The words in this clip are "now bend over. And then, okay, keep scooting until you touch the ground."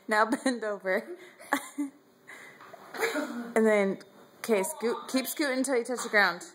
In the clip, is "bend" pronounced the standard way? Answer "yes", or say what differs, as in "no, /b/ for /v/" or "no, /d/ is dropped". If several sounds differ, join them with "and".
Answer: yes